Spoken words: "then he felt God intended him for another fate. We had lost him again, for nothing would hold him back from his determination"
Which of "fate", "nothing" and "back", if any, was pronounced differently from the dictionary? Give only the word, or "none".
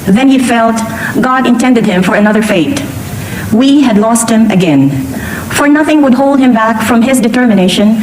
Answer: none